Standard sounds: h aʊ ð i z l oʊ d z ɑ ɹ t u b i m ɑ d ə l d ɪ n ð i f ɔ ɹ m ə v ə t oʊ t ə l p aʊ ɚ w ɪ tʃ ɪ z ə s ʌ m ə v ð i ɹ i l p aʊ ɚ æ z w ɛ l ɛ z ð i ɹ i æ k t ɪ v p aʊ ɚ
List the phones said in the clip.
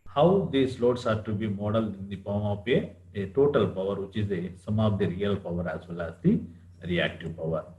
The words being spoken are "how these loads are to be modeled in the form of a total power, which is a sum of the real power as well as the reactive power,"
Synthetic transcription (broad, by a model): h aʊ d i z l oʊ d s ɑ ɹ t u b i m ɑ d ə l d ɪ n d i p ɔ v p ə ə t oʊ t ə l p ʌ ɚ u tʃ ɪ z ə s ʌ m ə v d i ɹ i l p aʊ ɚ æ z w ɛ l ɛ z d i ɹ i æ k t ɪ v p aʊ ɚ